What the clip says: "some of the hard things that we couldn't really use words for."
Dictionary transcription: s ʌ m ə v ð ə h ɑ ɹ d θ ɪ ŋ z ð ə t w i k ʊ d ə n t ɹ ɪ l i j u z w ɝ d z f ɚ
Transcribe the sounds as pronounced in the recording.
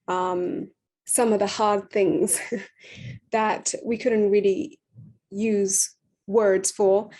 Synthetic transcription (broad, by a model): s ʌ m ə v ð ə h ɑ ɹ d θ ɪ ŋ z ð ə t w i k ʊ d n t ɹ ɪ l i j u z w ɝ d z f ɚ